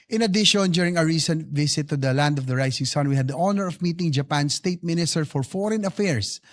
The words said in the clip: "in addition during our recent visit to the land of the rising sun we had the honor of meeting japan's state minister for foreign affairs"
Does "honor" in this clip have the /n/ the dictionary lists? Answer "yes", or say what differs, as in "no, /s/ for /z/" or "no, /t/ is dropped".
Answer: yes